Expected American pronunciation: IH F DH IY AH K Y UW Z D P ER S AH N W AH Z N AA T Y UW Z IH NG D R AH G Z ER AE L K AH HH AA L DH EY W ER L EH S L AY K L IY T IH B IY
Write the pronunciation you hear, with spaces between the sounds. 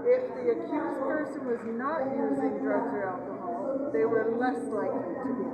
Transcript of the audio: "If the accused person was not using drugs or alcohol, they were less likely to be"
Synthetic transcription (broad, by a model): IH F DH IY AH K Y UW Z P ER S AH N W AH Z N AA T Y UW Z IH NG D R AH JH ER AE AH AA DH EY W ER L EH S L AY K L IY T IH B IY